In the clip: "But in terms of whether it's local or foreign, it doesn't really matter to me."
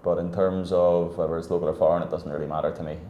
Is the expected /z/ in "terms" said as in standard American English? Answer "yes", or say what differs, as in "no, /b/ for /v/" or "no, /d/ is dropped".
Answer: yes